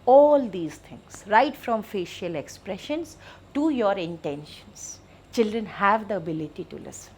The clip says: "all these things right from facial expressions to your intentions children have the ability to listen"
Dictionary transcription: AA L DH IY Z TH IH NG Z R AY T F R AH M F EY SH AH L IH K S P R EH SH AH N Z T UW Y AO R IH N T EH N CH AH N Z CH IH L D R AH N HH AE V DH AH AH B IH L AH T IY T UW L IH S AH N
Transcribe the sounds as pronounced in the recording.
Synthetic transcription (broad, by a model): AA L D IY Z T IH NG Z R AY T F R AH M F EY SH AH L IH K S P R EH SH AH N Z T UW Y AO R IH N T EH N SH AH N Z CH IH L D R AH N HH AE V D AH AH B IH L AH T IY T UW L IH S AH N